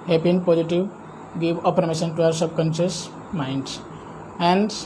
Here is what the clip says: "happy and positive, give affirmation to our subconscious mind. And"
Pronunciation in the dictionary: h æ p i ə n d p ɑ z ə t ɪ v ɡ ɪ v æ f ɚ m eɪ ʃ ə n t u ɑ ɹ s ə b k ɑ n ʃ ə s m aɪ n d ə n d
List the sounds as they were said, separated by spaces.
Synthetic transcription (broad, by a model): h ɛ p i ə n d p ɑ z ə t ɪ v ɡ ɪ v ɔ p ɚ m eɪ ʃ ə n t u ɑ ɹ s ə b k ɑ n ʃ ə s m aɪ n d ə n d